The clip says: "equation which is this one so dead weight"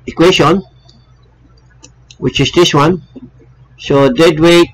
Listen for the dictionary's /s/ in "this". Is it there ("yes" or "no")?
yes